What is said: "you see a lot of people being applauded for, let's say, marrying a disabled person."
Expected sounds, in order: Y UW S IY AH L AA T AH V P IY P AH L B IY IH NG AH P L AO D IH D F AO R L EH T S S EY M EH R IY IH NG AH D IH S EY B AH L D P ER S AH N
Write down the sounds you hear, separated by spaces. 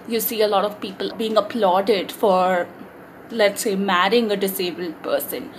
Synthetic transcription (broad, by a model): Y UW S IY AH L AA T AH V P IY P AH L B IY IH NG AH P L AO D IH D F AO R L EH T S S EY M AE R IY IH NG AH D IH S EY B AH L D P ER S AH N